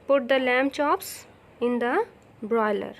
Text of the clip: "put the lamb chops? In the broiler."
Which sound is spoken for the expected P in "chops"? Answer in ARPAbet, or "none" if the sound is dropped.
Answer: P